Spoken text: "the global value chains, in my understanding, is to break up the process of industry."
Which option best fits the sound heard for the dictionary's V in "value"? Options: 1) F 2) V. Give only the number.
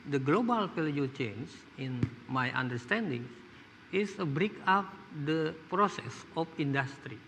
1